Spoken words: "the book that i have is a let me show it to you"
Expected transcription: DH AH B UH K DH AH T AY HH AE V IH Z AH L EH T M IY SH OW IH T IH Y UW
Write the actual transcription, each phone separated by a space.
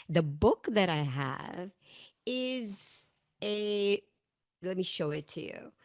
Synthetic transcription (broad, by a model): DH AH B UH K DH AH T AY HH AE V IH Z AH L EH T M IY SH OW IH T IH Y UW